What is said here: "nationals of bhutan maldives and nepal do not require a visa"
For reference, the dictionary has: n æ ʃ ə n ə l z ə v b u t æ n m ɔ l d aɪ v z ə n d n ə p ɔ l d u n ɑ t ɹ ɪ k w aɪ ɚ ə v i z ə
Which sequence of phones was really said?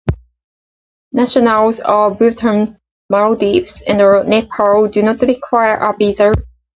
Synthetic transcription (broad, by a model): n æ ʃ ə n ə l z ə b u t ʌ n m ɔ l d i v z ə n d n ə p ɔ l d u n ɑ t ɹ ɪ k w aɪ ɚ ə b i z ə